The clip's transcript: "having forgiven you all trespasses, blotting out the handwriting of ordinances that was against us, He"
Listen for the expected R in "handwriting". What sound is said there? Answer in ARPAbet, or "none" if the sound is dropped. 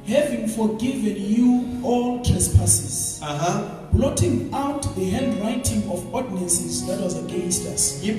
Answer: L